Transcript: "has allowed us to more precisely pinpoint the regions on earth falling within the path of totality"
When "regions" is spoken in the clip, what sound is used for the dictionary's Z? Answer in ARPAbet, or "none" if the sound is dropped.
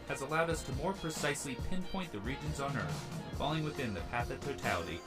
Z